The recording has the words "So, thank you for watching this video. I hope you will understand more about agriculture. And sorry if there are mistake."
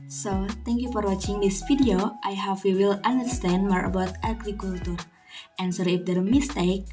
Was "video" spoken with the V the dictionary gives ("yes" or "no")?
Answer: no